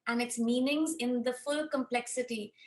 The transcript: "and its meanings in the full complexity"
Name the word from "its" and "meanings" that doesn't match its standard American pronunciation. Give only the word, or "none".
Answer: none